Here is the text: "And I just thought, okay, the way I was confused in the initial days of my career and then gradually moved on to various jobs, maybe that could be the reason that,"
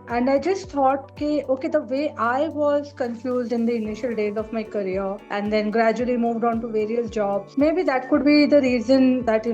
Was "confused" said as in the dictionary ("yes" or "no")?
yes